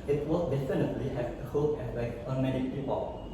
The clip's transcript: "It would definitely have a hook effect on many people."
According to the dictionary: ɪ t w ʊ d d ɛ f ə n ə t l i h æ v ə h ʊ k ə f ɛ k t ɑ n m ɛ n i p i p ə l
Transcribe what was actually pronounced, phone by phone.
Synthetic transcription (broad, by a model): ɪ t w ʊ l d ɛ f ə n ə t l i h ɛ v ə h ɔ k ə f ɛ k ɑ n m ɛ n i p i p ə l